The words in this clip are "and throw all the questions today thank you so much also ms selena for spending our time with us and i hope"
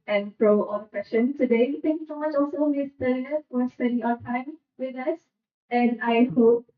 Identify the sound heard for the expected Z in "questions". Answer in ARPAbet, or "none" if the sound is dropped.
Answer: none